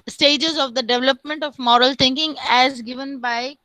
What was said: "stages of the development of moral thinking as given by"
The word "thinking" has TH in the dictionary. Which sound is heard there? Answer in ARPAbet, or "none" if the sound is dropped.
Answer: T